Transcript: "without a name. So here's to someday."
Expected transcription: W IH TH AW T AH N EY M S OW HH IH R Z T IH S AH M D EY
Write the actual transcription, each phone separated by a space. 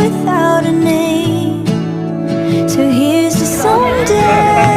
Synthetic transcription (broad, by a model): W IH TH AW T AH N EY M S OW HH IH R Z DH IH S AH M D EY